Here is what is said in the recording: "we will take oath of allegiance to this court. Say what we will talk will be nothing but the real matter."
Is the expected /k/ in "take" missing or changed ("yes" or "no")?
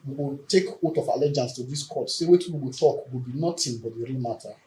no